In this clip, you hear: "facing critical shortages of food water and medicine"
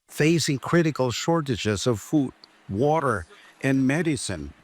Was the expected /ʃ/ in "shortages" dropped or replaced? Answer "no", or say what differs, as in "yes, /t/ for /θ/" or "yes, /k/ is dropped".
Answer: no